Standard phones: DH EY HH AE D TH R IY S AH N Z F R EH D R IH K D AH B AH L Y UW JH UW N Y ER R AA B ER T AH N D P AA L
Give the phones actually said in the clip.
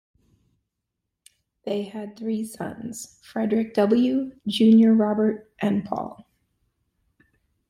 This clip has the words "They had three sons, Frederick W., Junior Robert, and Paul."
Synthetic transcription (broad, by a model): DH EY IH D TH R IY S AH N Z F R EH D R IH K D AH B L Y UW JH UW N Y ER R AA B ER T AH N P AA L